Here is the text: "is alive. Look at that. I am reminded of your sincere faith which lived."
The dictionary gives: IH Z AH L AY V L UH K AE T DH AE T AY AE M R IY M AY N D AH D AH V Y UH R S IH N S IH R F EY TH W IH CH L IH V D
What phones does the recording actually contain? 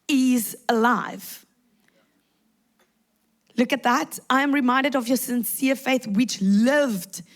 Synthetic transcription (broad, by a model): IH Z AH L AY V L UH K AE T DH AE T AY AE M R IY M AY N D AH D AH V Y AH S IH N S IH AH F EY TH W IH CH L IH V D